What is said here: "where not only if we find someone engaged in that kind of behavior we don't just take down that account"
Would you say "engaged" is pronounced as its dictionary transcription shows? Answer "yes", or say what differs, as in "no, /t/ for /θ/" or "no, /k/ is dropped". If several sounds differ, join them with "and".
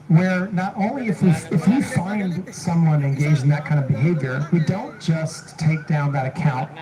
no, /d/ is dropped